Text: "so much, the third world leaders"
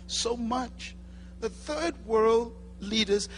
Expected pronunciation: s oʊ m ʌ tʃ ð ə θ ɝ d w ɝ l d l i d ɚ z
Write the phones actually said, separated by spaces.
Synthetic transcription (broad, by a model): s oʊ m ʌ tʃ ð ə θ ɝ d w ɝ l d l i d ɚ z